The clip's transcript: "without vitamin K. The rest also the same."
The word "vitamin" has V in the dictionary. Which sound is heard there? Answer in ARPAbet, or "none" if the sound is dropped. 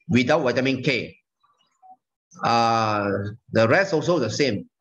W